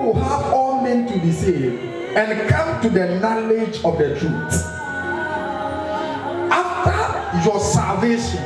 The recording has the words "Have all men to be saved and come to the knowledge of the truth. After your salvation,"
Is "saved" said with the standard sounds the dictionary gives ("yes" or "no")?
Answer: no